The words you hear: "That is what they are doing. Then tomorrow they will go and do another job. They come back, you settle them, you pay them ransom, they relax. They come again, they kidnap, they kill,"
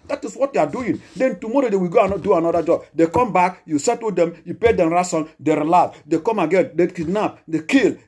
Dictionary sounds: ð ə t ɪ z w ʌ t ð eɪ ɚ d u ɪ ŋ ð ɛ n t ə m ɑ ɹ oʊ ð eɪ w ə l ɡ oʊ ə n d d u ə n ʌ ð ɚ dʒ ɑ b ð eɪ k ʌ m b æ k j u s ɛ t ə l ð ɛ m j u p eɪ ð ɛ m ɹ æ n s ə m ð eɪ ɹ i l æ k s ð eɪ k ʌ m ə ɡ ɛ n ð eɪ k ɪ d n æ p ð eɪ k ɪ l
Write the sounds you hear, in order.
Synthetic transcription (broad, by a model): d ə t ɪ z w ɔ t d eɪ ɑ d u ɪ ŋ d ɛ n t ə m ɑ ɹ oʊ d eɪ w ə ɡ oʊ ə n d d u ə n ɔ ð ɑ dʒ ɑ b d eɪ k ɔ m b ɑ k j u s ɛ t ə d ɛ m j u p eɪ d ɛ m ɹ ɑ s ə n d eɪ ɹ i l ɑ s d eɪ k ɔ m ə ɡ ɛ n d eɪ k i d n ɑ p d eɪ k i l